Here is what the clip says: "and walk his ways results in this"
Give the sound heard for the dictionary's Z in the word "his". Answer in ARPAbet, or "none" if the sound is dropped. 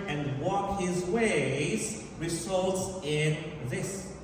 Z